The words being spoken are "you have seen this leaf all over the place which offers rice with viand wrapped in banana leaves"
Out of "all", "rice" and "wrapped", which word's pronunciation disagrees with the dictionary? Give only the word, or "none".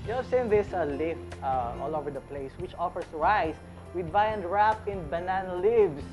wrapped